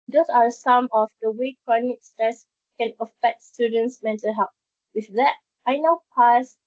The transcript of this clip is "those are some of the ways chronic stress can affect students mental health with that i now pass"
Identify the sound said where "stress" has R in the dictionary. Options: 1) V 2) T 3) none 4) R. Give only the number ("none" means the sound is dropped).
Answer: 4